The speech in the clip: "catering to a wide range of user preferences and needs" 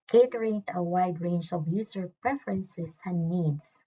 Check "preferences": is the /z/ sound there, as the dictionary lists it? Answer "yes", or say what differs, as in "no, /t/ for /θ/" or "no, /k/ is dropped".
no, /s/ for /z/